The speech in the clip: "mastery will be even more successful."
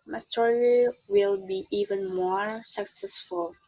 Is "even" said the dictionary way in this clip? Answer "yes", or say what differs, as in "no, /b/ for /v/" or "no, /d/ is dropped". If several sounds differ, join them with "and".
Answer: yes